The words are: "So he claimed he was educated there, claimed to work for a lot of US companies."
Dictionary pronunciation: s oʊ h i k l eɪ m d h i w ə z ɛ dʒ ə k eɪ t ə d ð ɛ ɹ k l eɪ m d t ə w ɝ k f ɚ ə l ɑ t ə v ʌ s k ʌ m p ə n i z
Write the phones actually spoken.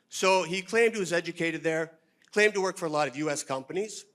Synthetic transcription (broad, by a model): s oʊ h i k l eɪ m d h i w ə z ɛ dʒ ə k eɪ t ə d ð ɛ ɹ k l eɪ m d t ə w ɝ k f ɚ ə l ɑ t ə v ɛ s k ʌ m p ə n i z